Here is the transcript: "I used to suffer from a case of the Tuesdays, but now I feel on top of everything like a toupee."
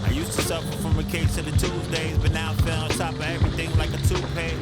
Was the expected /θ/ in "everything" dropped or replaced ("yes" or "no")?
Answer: no